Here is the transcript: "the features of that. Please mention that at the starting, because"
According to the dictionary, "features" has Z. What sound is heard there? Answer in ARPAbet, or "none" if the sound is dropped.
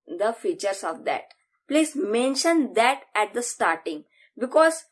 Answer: S